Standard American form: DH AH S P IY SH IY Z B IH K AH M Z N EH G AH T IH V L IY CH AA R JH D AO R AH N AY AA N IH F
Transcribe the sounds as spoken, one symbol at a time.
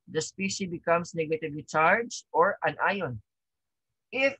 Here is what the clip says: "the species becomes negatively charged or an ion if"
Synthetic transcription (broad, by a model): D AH S P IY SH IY B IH K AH M S N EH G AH T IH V L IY CH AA R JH AO R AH N AY AA N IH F